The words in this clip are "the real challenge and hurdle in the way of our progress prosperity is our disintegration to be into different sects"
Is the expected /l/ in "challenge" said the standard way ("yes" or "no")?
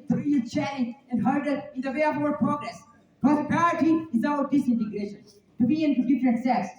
no